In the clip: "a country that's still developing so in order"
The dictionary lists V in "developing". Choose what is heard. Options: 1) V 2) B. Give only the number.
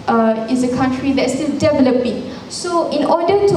1